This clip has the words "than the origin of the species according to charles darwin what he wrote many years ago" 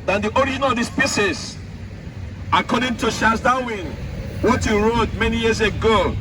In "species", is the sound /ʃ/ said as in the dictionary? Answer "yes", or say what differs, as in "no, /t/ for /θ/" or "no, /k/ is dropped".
no, /s/ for /ʃ/